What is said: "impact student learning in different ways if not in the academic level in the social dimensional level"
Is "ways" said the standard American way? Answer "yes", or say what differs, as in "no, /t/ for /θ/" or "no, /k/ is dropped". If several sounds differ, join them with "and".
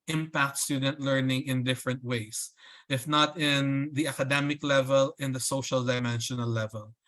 no, /s/ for /z/